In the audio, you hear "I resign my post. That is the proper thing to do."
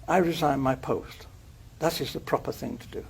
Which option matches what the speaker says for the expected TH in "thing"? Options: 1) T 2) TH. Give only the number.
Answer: 2